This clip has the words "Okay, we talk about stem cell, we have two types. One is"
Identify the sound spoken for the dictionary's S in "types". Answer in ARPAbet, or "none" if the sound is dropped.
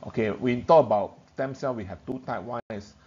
none